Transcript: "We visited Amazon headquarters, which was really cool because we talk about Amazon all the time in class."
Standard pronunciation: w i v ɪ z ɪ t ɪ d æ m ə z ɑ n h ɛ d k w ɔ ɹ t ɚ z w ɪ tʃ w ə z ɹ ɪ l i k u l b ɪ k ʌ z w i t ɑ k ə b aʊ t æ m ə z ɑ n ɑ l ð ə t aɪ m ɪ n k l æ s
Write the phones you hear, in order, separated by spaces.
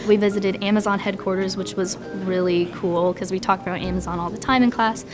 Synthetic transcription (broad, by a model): w i v ɪ z ɪ t ɪ d æ m ə z ɑ n h ɛ d k w ɔ ɹ t ɚ z w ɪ tʃ w ə z ɹ ɪ l i k u l k ʌ z w i t ɑ k ə b aʊ t æ m ə z ɑ n ɑ l ð ə t aɪ m ɪ n k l æ s